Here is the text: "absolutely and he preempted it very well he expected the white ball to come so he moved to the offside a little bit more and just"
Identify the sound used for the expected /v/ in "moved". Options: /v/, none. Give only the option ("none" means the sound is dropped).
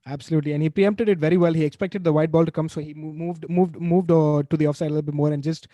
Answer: /v/